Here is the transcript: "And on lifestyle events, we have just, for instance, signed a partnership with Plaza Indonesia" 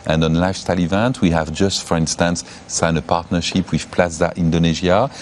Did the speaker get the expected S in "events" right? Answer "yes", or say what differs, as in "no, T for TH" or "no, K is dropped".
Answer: no, S is dropped